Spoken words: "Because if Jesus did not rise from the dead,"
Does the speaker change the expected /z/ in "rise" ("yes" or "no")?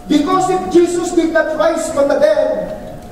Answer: yes